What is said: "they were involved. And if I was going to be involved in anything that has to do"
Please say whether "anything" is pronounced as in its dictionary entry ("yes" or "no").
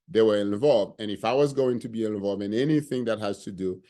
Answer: yes